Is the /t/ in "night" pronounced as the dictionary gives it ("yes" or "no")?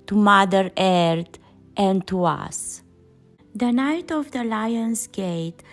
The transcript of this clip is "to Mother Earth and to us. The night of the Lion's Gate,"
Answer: yes